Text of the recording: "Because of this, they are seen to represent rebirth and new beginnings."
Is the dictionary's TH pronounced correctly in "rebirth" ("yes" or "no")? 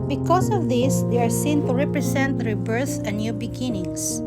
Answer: no